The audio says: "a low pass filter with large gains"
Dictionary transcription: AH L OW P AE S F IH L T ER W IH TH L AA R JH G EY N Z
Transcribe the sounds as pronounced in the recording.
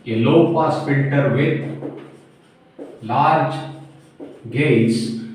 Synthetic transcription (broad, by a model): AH L OW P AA S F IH N T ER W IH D L AA R JH G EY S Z